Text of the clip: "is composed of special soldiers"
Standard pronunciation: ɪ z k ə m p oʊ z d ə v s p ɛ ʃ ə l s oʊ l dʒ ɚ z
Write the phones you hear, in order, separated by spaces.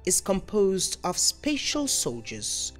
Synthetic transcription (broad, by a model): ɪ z k ə m p oʊ z d ə v s p ɛ ʃ ə l s oʊ l dʒ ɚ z